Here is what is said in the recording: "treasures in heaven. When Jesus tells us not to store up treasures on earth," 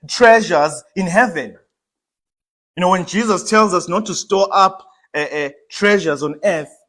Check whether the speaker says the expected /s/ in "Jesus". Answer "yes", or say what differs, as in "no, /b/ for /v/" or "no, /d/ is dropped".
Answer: yes